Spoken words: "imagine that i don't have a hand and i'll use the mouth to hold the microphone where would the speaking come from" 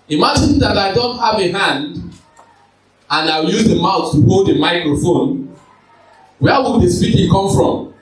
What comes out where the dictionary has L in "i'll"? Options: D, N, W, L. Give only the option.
W